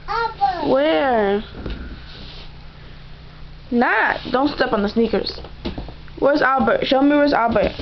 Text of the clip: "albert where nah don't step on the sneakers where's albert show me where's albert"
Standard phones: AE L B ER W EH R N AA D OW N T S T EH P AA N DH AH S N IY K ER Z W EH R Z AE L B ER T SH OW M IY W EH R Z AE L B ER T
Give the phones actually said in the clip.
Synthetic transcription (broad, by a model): W EH R N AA D OW N T S T EH P N DH AH S N IY K ER Z W EH R Z AE L B ER T SH OW M IY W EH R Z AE L B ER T